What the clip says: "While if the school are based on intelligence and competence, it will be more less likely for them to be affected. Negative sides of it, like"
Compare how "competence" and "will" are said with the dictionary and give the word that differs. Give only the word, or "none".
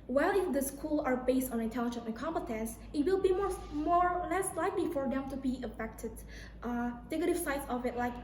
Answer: none